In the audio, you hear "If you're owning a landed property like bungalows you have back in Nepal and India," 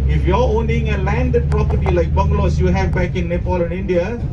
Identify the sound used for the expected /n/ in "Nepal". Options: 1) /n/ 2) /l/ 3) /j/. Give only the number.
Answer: 1